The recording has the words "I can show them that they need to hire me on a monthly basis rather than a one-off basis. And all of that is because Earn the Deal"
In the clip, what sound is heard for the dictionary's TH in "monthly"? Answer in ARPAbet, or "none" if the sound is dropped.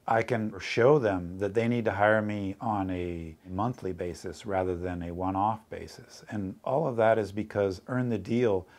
TH